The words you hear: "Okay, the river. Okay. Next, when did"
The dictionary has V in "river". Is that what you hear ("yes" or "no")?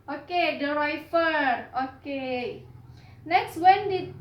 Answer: no